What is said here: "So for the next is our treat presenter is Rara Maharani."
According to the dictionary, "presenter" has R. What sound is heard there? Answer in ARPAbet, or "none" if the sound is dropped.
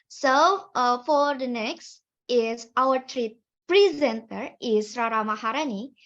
R